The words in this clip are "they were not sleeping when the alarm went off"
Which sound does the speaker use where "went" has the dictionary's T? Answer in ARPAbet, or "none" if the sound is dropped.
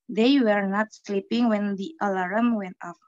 T